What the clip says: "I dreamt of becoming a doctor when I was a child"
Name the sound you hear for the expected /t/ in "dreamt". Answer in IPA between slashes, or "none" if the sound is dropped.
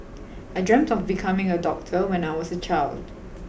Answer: /t/